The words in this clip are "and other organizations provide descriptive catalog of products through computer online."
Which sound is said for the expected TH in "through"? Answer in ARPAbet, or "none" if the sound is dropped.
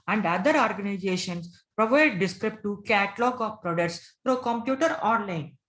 F